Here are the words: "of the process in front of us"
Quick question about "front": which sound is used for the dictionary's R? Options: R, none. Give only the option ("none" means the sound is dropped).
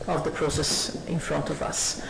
R